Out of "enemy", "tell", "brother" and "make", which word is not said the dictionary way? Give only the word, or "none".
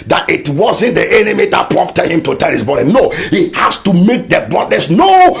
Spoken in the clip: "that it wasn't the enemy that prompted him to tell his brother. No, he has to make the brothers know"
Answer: brother